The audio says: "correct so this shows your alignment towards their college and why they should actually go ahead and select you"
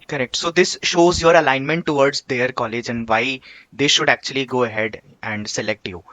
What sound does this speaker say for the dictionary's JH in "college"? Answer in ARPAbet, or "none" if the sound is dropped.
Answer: JH